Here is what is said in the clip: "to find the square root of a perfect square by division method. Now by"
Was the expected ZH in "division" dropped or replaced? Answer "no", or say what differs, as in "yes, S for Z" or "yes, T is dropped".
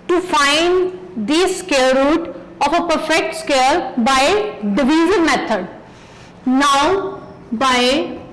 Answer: yes, Z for ZH